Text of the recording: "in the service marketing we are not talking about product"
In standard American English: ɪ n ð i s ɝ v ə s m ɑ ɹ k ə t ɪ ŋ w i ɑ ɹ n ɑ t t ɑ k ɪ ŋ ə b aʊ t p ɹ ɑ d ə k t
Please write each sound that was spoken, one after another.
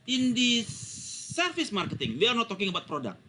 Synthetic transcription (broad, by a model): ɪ n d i s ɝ f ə s m ɑ ɹ k ə t ɪ ŋ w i ɑ ɹ n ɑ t t ɑ k ɪ ŋ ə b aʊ t p ɹ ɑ d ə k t